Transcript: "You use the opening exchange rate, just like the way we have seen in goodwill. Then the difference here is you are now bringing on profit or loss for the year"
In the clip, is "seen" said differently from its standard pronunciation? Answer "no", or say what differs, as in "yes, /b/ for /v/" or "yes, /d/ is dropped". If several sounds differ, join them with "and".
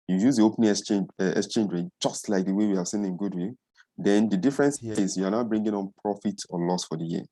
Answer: no